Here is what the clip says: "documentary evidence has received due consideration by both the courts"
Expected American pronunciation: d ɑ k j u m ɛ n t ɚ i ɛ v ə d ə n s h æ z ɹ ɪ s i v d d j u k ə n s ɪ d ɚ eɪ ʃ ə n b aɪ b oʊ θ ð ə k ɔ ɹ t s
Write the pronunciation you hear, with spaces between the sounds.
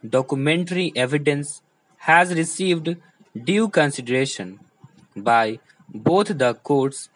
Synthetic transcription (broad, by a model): d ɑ k j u m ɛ n t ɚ i ɛ v ə d ə n s h æ z ɹ ɪ s i v d d j u k ə n s ɪ d ɚ eɪ ʃ ə n b aɪ b oʊ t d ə k ɔ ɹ t s